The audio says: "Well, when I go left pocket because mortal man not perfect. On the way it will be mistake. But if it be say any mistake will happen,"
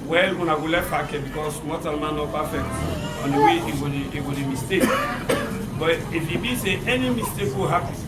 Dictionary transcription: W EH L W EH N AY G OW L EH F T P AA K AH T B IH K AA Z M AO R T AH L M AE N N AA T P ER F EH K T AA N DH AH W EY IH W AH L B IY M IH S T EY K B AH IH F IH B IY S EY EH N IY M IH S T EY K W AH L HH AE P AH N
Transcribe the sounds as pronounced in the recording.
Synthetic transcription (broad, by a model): W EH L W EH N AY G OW L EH T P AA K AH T B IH K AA S M AO T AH L M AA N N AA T P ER F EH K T AA N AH W EY IH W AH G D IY M IH S T EY K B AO IH F IH B IY S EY EH N IY M IH S T EY K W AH HH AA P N